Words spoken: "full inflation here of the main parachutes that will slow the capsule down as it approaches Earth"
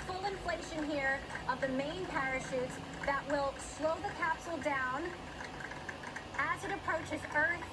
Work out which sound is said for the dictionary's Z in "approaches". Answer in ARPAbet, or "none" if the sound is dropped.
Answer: Z